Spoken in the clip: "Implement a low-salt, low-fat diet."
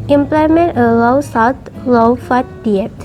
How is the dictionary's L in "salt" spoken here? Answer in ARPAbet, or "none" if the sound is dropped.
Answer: W